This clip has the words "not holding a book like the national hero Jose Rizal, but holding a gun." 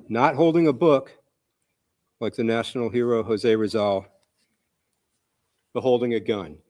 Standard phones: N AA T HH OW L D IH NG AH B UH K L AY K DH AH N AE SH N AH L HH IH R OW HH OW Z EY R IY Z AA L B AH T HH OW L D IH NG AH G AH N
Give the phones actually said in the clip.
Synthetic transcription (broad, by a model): N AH T HH OW L D IH NG AH B UH K L AY K DH AH N AE SH N L HH IH R OW HH OW Z EY R IY Z AA L B AH T HH OW L D IH NG AH G AH N